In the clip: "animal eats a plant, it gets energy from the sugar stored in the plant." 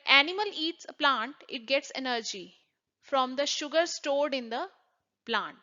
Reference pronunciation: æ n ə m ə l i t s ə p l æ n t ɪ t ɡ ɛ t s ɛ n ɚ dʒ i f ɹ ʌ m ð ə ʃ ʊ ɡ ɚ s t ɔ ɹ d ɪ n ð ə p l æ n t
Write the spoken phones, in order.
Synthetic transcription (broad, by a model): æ n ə m ə l i t s ə p l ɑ n t ɪ t ɡ ɛ t s ɛ n ɚ dʒ i f ɹ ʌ m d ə ʃ ʊ ɡ ɚ s t ɔ ɹ d ɪ n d ə p l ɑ n t